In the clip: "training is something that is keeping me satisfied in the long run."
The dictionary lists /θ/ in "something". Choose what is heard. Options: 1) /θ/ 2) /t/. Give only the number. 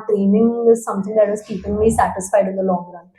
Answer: 2